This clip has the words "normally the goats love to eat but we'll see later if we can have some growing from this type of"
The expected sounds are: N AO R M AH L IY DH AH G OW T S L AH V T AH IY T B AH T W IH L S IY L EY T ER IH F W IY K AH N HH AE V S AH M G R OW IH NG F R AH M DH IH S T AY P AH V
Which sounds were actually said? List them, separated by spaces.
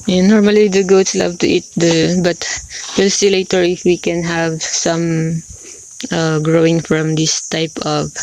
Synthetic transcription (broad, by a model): N AO R M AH L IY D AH G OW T S L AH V T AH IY T B AH T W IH L S IY L EY T ER IH F W IY K AH N HH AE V S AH M G R OW IH NG F R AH M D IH S T AY P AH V